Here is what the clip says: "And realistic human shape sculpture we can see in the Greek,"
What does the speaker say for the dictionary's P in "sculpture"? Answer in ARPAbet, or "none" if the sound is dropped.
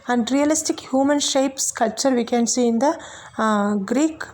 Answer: none